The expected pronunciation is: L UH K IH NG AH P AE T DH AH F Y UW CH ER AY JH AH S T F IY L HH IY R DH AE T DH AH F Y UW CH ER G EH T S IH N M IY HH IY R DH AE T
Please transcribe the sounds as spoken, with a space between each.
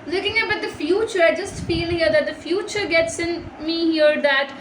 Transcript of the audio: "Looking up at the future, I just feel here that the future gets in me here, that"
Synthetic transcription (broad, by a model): L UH K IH NG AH B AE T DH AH F Y UW CH ER AY JH AH S T F IY L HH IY R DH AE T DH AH F Y UW CH ER G EH T S IH N M IY HH IY R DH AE T